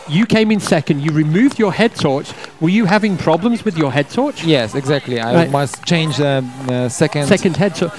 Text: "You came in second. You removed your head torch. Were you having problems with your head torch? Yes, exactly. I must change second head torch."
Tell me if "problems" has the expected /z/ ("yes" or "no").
yes